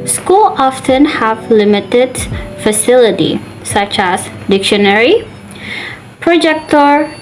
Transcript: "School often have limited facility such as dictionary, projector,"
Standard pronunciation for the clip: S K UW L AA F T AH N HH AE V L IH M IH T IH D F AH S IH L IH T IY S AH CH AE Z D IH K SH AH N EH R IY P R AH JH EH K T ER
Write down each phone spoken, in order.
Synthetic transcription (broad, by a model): S K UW L AA F T AH N HH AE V L IH M IH T IH D F AH S IH L IH T IY S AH CH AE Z D IH K SH AH N EH R IY P R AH JH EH K T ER